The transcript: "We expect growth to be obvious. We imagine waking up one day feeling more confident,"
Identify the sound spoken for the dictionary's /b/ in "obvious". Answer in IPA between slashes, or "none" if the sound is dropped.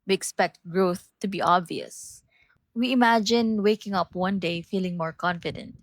/b/